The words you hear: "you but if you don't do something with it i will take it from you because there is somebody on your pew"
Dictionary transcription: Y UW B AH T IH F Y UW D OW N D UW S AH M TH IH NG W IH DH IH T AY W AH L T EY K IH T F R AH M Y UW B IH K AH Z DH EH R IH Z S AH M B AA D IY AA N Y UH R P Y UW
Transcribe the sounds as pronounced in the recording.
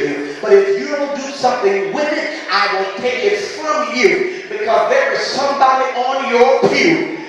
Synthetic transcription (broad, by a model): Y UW B AH T IH F Y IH D OW N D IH S AH M TH IH NG W IH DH IH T AY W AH N T EY K IH T F R AH M Y UW B IH K AH Z DH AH R IH Z S AH M B AA D IY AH N Y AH R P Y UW